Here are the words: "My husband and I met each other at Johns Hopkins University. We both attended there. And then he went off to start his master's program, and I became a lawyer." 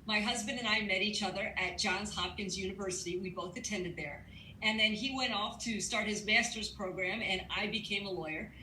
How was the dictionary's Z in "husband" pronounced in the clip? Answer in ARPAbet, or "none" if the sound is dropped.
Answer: Z